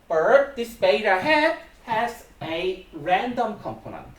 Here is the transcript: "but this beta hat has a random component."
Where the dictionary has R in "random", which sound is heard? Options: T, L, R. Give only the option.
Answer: R